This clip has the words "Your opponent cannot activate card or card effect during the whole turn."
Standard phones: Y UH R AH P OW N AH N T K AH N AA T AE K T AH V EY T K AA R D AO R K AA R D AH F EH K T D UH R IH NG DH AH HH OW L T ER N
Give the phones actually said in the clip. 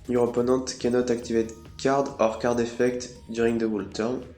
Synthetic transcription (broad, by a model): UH R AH P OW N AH T K AH N AA T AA K T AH V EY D K AA R D AO R K AA R D AH F EH K T D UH R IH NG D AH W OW L T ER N